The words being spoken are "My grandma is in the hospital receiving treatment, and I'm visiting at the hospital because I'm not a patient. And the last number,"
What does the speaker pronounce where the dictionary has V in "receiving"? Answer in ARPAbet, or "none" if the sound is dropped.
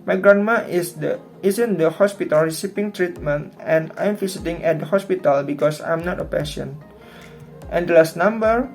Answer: P